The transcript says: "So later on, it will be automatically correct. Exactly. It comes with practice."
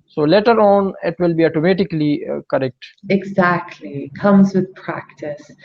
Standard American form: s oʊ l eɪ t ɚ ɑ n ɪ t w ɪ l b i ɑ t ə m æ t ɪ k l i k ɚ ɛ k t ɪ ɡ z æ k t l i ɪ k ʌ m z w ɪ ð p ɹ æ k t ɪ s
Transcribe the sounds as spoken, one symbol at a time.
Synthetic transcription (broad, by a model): s oʊ l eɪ t ɚ ɑ n ɪ t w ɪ l b i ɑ t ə m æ t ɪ k l i k ɚ ɛ k t ɪ ɡ z æ k t l i k ʌ m z w ɪ ð p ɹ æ k t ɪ s